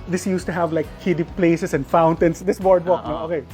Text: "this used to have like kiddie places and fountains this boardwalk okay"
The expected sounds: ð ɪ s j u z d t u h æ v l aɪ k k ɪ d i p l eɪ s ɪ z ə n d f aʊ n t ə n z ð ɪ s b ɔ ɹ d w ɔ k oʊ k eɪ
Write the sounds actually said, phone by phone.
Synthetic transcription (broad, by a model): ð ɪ s j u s t u h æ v l aɪ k k ɪ d i p l eɪ s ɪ s ə n d f aʊ n t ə n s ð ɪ s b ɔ ɹ d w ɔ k oʊ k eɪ